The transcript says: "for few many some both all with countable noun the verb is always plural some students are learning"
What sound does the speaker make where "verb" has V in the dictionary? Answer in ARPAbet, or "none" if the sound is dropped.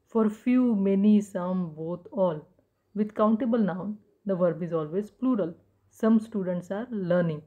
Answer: V